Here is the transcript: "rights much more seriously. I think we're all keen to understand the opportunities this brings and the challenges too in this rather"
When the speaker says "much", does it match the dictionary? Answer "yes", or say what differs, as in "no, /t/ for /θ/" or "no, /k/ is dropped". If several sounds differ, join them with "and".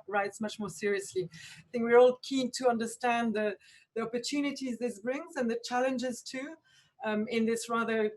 yes